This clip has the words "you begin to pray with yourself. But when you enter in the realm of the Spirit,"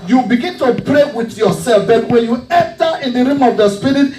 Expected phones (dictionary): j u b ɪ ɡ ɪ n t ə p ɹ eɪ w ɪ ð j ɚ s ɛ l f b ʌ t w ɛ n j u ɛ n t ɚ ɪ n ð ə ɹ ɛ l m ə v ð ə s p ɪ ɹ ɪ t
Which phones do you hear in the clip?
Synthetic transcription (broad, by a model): j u b ɪ ɡ ɪ n t ə p ɹ eɪ w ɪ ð j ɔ s ɛ l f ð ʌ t w ɛ n j u ɛ n t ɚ ɪ n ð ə ɹ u m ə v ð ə s p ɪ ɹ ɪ t